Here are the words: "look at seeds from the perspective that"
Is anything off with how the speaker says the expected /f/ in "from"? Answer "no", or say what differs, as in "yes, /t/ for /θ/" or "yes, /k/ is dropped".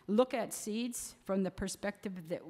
no